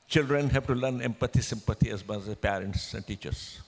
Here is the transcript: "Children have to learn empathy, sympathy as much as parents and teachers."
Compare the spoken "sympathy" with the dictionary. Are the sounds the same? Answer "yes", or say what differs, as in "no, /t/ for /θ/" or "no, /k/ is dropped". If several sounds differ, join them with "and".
no, /t/ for /θ/